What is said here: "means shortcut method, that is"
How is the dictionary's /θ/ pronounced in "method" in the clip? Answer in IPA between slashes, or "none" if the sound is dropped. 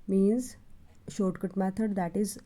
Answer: /t/